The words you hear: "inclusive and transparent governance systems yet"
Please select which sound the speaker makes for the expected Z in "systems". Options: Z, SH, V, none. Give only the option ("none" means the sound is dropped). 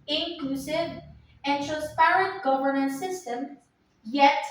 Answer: none